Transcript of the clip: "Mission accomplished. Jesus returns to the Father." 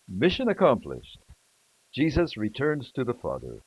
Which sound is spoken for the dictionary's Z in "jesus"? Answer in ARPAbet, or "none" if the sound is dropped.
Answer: Z